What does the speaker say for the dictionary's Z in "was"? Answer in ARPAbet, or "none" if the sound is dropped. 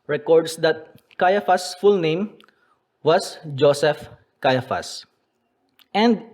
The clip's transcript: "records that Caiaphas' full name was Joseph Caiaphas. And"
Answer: S